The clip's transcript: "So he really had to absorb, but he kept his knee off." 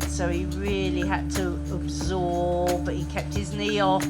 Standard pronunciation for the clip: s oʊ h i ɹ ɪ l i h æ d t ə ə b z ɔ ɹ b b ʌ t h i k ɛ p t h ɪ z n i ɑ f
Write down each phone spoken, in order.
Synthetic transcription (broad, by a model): s oʊ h i ɹ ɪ l i h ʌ d t ə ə b z ɔ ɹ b b ʌ t h i k ɛ p t h ɪ z n i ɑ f